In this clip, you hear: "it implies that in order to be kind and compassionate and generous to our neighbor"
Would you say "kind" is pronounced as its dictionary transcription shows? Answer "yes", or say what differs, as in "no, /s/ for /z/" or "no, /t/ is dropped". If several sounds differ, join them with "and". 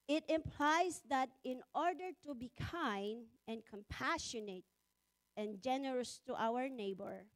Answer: yes